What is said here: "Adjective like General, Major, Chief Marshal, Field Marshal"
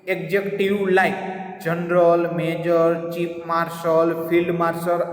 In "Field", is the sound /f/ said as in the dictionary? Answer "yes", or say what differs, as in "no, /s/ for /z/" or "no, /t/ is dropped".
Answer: no, /p/ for /f/